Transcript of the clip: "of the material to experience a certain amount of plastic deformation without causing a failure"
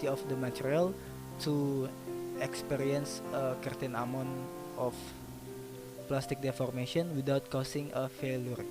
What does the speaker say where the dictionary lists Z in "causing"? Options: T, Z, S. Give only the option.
S